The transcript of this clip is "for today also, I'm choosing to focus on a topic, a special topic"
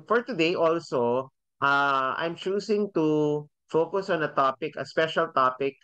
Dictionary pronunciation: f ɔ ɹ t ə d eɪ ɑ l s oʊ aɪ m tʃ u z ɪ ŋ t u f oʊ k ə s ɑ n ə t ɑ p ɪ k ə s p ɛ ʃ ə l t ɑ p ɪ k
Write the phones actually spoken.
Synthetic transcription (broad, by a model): f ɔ ɹ t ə d eɪ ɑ l s oʊ aɪ m tʃ u s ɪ ŋ t u f oʊ k ə s ɑ n ə t ɑ p ɪ k ə s p ɛ ʃ ə l t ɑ p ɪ k